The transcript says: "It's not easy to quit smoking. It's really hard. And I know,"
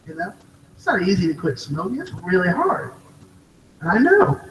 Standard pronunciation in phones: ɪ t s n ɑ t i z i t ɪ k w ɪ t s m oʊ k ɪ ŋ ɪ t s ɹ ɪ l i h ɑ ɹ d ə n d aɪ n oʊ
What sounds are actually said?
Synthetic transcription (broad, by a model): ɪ t s n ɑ t i z i t ɪ k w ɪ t s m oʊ ɪ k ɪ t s ɹ ɪ l i h ɑ ɹ d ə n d aɪ n oʊ